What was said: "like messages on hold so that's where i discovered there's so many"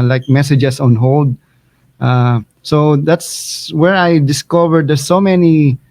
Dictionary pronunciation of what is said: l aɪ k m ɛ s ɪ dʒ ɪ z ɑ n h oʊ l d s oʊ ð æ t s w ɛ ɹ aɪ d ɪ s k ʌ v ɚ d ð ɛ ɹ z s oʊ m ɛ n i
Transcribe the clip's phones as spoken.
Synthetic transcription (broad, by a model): l aɪ k m ɛ s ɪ dʒ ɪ s ɑ n h oʊ l d s oʊ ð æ t s w ɛ ɹ aɪ d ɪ s k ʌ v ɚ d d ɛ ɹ s oʊ m ɛ n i